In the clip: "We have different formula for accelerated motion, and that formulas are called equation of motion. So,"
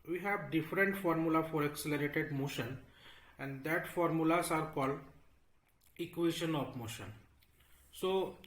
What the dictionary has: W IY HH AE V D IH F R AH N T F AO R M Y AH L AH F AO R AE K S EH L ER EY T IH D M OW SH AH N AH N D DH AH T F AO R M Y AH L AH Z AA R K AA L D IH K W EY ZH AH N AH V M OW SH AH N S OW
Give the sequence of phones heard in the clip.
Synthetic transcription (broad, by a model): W IY HH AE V D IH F R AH N T F AO R M Y AH L AH F AO R AE K S EH L ER EY T IH D M OW SH AH N AH N D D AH T F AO R M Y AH L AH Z AA R K AA L D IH K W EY SH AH N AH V M OW SH AH N S OW